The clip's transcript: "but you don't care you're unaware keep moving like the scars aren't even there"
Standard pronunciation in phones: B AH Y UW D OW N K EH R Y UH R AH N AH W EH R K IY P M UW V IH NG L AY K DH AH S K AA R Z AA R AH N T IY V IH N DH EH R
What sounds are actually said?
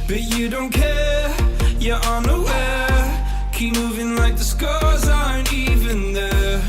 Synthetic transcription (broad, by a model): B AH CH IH D OW N K EH R Y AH R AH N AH W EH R K IY P M UW V IH NG L AY K DH AH S K AA R Z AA AH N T IY V IH N DH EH